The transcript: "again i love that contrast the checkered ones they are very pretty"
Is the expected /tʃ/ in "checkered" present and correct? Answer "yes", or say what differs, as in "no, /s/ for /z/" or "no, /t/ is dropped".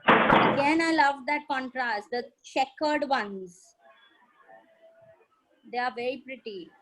no, /ʃ/ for /tʃ/